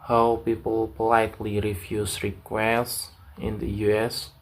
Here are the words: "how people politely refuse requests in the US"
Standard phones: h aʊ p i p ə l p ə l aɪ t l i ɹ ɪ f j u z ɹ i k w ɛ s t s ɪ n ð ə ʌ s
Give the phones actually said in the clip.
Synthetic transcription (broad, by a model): h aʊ p i p ə l p ə l aɪ t l i ɹ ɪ f j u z ɹ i k w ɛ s s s ɪ n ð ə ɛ s